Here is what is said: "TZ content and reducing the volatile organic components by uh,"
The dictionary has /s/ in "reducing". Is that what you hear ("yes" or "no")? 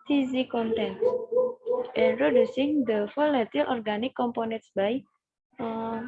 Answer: yes